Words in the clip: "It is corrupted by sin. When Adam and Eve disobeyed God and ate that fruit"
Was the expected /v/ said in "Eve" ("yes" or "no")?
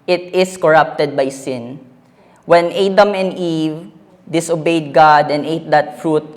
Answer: yes